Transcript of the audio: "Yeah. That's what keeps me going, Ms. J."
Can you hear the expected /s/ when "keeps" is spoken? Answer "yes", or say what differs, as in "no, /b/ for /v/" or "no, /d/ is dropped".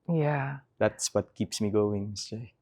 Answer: yes